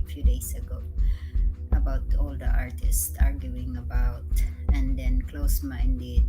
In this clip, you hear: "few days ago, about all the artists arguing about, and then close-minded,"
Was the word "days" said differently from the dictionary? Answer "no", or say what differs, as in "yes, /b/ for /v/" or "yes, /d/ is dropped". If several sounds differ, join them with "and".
yes, /s/ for /z/